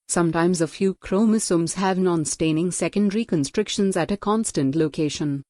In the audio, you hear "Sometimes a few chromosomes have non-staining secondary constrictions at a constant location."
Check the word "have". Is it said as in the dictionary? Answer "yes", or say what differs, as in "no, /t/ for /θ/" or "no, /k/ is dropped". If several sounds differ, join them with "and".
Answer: yes